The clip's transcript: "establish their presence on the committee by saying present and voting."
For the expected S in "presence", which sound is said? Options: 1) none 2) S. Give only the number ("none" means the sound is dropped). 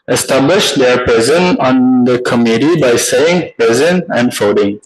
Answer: 1